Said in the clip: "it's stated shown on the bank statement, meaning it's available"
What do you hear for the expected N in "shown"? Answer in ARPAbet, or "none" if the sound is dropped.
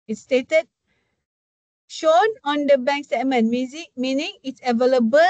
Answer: N